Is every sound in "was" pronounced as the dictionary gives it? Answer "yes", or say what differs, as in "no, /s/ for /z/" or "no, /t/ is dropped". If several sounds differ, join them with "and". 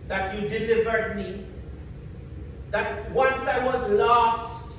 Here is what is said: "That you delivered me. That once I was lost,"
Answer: yes